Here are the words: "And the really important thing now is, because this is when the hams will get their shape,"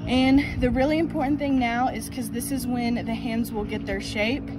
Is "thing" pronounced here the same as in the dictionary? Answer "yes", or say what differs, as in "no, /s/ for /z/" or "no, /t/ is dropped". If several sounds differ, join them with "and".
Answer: yes